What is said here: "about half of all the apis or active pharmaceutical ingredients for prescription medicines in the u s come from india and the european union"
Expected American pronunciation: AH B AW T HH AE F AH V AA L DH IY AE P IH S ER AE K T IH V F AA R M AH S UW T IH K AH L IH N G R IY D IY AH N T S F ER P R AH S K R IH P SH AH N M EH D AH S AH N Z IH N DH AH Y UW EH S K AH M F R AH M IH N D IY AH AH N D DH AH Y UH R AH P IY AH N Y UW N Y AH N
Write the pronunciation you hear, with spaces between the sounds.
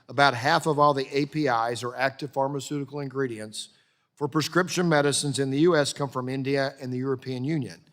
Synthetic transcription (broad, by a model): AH B AW T HH AE F AH V AA L DH IY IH P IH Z ER AE K T IH V F AA R M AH S UW T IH K L IH N G R IY D IY AH N T S F ER P R AH S K R IH P SH AH N M EH D AH S AH N Z IH N DH AH Y UW EH S K AH M F R AH M IH N D IY AH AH N DH AH Y UH R AH P IY AH N Y UW N Y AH N